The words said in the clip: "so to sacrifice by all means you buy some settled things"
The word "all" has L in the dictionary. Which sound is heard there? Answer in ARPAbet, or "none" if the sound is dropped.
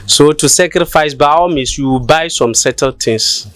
W